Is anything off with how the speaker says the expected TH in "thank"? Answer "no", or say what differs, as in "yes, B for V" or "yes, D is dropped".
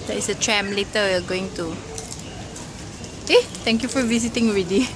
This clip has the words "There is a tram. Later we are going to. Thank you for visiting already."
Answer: yes, T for TH